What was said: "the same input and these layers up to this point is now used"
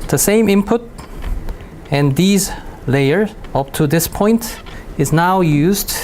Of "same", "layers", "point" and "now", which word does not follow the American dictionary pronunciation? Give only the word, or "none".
layers